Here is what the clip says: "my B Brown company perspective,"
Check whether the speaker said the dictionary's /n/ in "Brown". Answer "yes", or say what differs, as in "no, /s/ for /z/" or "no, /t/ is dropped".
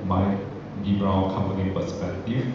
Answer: no, /l/ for /n/